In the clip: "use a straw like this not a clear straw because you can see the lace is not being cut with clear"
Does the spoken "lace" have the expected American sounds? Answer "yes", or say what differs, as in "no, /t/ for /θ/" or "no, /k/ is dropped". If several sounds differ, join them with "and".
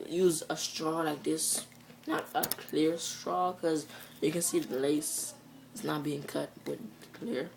yes